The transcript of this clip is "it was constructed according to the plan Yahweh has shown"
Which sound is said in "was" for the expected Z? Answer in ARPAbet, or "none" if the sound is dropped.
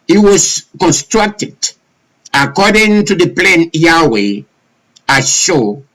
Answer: S